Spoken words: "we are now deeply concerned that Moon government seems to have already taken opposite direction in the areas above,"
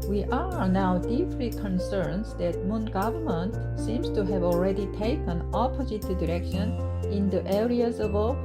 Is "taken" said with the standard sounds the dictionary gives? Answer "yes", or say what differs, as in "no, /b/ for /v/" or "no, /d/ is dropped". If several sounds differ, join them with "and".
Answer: yes